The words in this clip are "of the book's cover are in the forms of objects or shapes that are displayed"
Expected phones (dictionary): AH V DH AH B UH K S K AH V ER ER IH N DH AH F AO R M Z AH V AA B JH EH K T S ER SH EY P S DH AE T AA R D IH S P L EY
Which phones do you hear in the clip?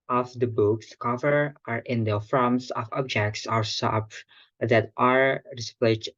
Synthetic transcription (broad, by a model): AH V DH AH B UH K S K AH V ER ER IH N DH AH F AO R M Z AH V AA B JH EH K T S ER S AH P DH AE T AA R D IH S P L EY